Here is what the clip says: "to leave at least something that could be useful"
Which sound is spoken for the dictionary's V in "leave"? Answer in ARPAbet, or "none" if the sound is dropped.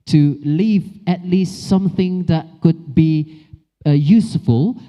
V